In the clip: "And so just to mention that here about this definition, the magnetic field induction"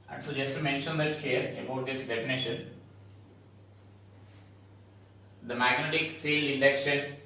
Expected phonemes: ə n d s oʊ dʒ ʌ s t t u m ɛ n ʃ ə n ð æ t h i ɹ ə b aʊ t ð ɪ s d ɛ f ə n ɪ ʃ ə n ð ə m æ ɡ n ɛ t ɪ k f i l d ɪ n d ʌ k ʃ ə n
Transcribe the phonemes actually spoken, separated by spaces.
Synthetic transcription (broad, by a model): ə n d s oʊ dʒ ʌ s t t u m ɛ n ʃ ə n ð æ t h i ɹ ə b aʊ t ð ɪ s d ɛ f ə n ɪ ʃ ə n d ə m æ ɡ n ɛ t ɪ k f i l ɪ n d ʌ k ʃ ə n